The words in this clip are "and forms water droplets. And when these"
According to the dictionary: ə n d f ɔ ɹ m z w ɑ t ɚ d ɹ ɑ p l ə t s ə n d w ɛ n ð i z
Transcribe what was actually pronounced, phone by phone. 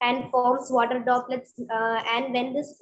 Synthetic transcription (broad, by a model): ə n d f ɔ ɹ m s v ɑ t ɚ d ɑ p l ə t s ə n d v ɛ n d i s